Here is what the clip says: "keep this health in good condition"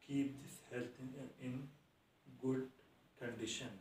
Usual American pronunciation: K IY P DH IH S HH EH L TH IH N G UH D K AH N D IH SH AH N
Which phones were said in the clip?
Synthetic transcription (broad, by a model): K IY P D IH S HH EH L T IH N G UH D K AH N D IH SH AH N